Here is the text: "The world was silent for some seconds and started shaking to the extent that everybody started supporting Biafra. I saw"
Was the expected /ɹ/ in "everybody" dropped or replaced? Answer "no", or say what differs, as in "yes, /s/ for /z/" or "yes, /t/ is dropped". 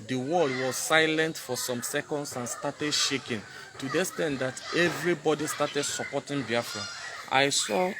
no